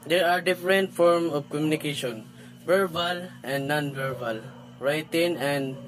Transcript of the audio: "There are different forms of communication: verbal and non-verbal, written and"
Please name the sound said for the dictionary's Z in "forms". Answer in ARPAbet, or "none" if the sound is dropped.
none